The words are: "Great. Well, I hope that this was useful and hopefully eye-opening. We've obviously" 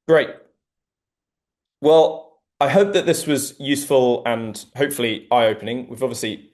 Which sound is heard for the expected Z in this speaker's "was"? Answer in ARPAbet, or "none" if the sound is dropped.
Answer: Z